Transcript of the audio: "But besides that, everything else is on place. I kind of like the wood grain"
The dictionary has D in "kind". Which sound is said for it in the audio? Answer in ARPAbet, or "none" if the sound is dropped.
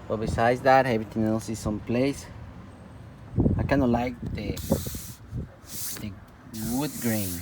none